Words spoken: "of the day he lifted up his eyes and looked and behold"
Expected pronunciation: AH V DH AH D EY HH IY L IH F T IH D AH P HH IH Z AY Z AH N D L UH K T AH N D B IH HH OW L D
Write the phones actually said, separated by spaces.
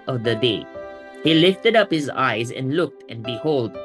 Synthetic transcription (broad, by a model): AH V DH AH D EY HH IY L IH F T IH D AH P HH IH Z AY Z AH N L UH K T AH N B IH HH OW L D